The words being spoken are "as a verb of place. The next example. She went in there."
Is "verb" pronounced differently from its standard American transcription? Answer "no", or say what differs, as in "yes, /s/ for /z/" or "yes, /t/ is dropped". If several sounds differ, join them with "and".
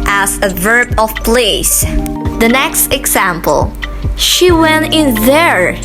no